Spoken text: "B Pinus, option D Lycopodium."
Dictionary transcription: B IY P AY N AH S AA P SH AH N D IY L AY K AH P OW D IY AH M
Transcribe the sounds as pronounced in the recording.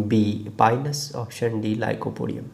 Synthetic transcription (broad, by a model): B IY P AY N AH S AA F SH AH N D IY L AY K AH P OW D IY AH M